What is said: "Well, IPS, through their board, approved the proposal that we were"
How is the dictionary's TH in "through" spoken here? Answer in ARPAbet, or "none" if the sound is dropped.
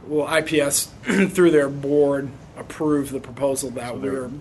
TH